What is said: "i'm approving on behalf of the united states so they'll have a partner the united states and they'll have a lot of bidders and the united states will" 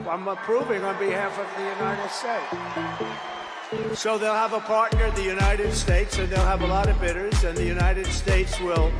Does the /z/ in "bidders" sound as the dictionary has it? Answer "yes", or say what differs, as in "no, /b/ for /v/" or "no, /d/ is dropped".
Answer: yes